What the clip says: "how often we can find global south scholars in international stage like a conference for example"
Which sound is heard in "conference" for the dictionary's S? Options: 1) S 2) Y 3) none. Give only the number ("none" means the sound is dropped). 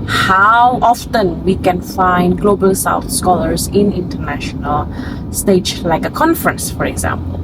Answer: 1